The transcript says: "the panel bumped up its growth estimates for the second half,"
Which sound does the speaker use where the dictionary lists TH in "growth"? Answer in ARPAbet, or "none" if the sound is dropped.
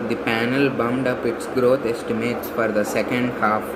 T